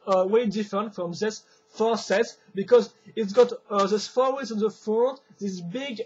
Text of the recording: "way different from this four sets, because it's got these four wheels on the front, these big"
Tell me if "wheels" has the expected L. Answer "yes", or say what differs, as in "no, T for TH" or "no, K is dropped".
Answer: no, L is dropped